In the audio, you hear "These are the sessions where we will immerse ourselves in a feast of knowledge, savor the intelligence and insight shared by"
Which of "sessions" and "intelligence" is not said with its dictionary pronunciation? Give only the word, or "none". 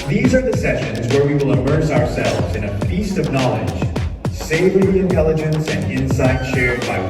none